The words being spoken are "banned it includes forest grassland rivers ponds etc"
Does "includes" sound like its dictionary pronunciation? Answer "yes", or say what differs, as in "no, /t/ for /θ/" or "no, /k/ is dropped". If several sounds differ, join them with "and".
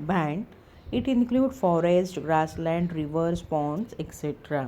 no, /z/ is dropped